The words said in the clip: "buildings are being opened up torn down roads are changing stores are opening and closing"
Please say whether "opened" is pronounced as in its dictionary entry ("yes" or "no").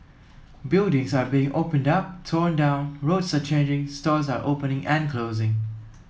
yes